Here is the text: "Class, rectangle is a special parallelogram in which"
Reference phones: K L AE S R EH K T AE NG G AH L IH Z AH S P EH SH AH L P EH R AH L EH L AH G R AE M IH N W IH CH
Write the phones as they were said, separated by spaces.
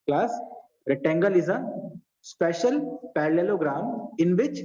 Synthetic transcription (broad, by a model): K L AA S R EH T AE NG G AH L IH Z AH S P EH SH AH L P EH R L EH L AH G R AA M IH N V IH CH